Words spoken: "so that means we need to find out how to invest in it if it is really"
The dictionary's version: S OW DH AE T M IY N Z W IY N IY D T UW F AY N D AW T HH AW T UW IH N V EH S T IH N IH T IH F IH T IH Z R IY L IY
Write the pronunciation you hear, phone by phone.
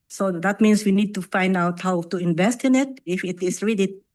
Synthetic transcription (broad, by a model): S OW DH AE T M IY N S W IY N IY D T UW F AY N D AW T HH AW T UW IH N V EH S T IH N IH T IH F IH T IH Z R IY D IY